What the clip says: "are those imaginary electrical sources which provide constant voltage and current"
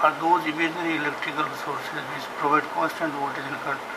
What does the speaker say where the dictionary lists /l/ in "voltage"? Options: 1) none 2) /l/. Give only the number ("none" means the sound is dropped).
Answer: 1